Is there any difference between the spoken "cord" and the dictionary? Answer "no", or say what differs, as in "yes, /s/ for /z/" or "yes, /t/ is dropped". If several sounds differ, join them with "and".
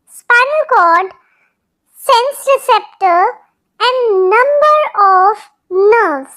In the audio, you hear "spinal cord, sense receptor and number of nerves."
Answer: yes, /l/ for /ɹ/